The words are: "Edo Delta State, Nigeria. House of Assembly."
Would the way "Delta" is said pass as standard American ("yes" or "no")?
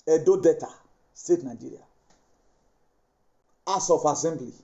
no